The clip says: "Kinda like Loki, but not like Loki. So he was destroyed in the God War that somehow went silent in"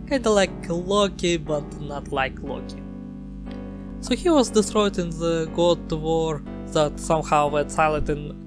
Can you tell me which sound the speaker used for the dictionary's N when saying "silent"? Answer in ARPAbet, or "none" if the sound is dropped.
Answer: none